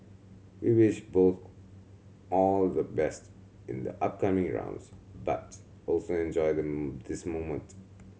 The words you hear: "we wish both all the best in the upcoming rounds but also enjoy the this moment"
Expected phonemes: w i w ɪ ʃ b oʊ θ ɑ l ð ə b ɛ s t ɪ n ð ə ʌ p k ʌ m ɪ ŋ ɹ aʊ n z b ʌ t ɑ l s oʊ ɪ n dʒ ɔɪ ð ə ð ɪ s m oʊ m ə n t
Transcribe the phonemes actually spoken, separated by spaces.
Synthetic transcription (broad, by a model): w i w ɪ ʃ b oʊ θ ɑ l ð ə b ɛ s t ɪ n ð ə ʌ p k ʌ m ɪ ŋ ɹ aʊ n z b ʌ t ɑ l s oʊ ɪ n dʒ ɔɪ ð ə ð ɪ s m oʊ m ə n t